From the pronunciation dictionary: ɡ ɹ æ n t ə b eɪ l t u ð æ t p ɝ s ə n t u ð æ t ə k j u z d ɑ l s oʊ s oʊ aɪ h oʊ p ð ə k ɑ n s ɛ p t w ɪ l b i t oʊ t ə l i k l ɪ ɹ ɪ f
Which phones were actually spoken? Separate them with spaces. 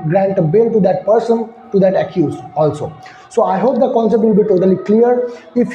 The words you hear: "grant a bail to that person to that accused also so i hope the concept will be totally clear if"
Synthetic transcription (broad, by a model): ɡ ɹ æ n t ə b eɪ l t u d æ t p ɝ s ə n t u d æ t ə k j u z ɑ l s oʊ s oʊ aɪ h oʊ p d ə k ɑ n s ɛ p t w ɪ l b i t oʊ t ə l i k l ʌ ɹ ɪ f